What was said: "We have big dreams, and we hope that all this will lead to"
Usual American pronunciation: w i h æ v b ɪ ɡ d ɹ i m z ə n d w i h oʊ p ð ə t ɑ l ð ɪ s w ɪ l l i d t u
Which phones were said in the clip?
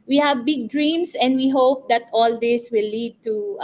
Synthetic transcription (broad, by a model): w i h æ v b ɪ ɡ d ɹ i m s ə n d w i h oʊ p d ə t ɑ l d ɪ s w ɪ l l i d t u